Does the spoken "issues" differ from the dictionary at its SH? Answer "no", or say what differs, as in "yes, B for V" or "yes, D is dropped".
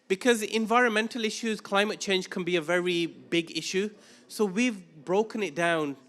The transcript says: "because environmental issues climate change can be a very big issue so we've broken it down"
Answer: no